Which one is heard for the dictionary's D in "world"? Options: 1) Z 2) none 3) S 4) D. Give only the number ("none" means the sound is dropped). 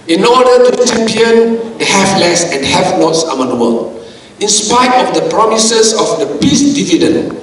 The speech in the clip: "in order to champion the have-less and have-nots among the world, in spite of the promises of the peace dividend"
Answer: 2